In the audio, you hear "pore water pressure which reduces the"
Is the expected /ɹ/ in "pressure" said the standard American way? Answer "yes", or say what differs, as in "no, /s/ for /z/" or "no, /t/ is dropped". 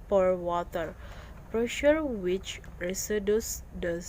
yes